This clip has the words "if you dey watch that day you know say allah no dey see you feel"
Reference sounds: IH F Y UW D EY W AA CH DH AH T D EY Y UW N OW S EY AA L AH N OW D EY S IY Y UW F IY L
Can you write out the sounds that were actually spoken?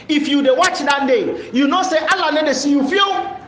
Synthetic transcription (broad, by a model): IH F Y UW D EY W AA CH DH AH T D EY Y UW N OW S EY AA L AH L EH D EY S IY Y UW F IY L